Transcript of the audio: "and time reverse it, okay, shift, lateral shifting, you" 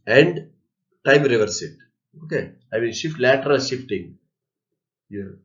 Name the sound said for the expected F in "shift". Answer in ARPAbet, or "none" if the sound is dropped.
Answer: F